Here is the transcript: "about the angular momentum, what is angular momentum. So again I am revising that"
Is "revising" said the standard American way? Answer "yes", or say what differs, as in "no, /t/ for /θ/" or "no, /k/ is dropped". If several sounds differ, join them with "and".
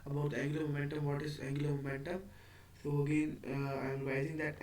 no, /v/ is dropped